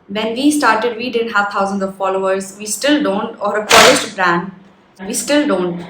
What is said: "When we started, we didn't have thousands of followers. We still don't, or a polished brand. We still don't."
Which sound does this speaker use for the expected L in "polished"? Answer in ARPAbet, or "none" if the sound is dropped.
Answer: none